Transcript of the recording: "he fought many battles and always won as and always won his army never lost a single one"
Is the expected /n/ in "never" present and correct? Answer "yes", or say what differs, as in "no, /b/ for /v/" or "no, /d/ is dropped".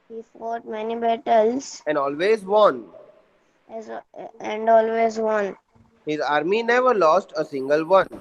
yes